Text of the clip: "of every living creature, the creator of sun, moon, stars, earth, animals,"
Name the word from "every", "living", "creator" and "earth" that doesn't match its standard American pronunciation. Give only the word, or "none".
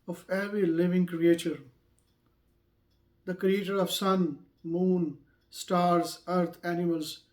earth